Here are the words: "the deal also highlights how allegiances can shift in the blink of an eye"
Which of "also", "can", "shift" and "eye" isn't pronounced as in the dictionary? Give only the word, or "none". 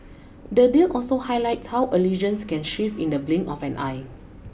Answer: shift